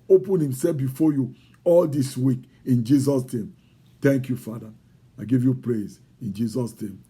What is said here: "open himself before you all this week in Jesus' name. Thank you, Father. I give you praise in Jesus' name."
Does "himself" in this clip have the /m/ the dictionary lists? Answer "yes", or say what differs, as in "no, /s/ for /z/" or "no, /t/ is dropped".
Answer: yes